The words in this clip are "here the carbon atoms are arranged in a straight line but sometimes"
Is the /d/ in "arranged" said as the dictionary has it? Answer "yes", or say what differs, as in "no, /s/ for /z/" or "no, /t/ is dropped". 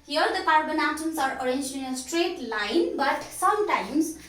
no, /d/ is dropped